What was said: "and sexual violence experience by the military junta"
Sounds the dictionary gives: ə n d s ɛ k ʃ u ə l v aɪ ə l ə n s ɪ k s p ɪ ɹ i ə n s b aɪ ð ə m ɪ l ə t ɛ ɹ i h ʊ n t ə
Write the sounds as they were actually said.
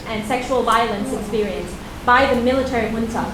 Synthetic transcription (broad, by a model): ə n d s ɛ k ʃ u ə l v aɪ ə l ə n s ɪ k s p ɪ ɹ i ə n s b aɪ ð ə m ɪ l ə t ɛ ɹ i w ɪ n t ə